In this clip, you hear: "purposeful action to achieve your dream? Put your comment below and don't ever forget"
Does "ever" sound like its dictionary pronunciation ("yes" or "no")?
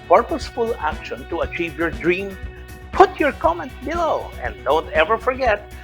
yes